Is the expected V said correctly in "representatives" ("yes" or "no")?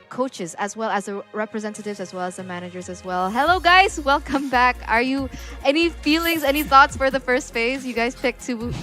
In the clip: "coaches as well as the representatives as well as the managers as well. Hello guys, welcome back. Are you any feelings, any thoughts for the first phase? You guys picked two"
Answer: yes